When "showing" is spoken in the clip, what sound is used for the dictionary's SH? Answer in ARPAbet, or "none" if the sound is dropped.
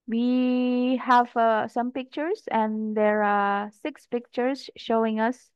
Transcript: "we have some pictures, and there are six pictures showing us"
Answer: SH